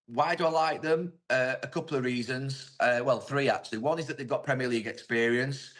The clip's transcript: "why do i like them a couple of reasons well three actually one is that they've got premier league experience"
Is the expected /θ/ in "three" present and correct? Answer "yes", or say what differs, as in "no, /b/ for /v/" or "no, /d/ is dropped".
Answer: yes